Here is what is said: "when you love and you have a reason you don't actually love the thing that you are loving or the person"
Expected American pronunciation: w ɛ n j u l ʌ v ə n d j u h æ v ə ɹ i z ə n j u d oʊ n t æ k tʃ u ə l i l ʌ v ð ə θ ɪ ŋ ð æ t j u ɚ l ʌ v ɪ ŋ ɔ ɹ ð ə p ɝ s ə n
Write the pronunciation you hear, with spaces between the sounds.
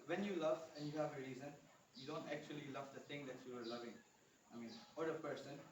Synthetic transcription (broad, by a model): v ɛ n j u l ʌ v ə n d j u h æ v ə ɹ i z ə n j u d oʊ n t æ k tʃ u ə l i l ʌ v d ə t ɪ ŋ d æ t j u ɚ l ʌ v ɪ ŋ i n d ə p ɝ s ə n